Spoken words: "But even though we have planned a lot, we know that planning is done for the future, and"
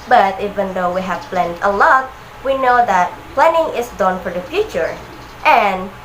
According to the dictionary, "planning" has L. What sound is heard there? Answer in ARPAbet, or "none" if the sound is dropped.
L